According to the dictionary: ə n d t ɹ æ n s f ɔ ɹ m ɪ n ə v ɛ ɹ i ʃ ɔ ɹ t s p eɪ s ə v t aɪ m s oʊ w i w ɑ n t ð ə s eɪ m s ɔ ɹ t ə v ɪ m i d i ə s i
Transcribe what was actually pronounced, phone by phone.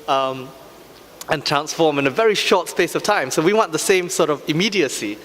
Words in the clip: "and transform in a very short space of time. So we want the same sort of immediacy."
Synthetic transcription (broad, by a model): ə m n t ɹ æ n s f ɔ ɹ m ɪ n ə v ɛ ɹ i ʃ ɔ t s p eɪ s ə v t aɪ m s oʊ w i w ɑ n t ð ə s eɪ m s ɔ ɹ t ə v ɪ m i d i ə s i